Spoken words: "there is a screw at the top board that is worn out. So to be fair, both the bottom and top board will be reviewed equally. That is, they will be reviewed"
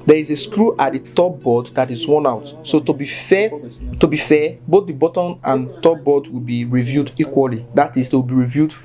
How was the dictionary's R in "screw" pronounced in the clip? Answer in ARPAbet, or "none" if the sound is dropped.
R